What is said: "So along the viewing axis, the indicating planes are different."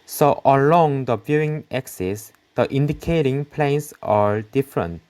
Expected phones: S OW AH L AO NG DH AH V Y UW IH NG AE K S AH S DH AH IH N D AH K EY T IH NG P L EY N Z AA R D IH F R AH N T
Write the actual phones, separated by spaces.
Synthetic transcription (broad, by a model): S OW AH L AO NG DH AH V Y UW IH NG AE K S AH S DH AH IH N D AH K EY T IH NG P L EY N S AA R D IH F R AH N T